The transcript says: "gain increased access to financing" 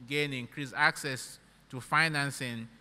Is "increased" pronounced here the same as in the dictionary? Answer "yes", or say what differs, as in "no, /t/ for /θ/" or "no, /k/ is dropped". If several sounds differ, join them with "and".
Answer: no, /t/ is dropped